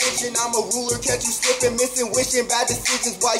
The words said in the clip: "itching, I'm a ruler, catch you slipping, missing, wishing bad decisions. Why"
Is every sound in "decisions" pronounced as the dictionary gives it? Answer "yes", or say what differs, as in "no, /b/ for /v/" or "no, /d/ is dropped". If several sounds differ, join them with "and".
no, /z/ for /ʒ/ and /n/ is dropped